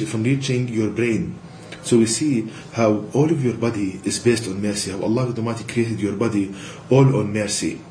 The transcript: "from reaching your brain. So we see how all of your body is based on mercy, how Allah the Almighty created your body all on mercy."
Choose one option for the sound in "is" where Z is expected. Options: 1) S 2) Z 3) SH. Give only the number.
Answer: 2